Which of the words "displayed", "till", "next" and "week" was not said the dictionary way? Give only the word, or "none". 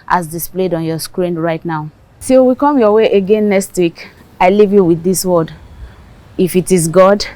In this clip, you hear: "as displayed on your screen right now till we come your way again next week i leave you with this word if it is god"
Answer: till